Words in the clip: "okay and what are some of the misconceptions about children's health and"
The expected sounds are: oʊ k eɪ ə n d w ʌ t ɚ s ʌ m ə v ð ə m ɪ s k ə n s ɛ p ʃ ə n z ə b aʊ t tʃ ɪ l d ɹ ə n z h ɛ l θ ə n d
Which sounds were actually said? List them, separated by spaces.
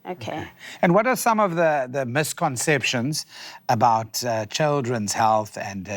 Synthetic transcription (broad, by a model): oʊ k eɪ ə n w ʌ t ɚ s ʌ m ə v ð ə m ɪ s k ə n s ɛ p ʃ ə n z ə b aʊ t tʃ ɪ l d ɹ ə n z h ɛ l θ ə n